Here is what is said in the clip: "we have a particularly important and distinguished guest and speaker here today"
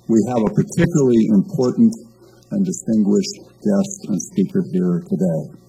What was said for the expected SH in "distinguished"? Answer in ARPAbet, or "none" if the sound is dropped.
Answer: SH